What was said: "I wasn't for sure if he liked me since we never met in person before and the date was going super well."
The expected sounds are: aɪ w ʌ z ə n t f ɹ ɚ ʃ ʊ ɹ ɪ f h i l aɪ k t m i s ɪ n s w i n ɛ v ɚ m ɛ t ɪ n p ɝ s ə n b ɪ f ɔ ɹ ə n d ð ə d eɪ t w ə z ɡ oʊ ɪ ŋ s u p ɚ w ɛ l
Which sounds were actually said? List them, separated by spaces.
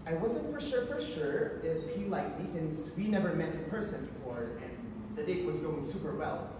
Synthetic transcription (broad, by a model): aɪ w ʌ z ə n t f ɹ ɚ ʃ ʊ ɹ ɪ f h i l aɪ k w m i s ɪ n s w i n ɛ v ɚ m ɛ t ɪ p ɝ s ə n b ɪ f ɔ ɹ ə n ð ə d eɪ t w ə z ɡ oʊ ɪ ŋ s u p ɚ w ɛ l